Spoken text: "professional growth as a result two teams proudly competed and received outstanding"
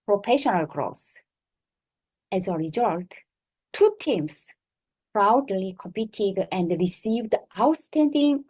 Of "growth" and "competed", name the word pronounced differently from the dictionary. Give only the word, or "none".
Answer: growth